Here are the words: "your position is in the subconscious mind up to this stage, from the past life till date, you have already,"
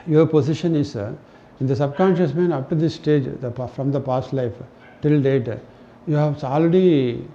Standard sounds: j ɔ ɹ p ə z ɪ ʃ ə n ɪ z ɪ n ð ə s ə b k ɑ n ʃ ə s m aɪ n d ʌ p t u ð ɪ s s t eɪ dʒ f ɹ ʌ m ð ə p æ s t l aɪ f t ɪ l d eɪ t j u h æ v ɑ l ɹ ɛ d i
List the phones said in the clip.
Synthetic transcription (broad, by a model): j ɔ ɹ p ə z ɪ ʃ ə n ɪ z ɪ n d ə s ə b k ɑ n ʃ ə s m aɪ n ʌ p t u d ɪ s s t eɪ dʒ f ɹ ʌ m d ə p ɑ s t l aɪ f t ɪ l d eɪ t j u h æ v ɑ l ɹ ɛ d i